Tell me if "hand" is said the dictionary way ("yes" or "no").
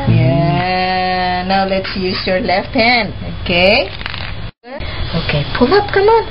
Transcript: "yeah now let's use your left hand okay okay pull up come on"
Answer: no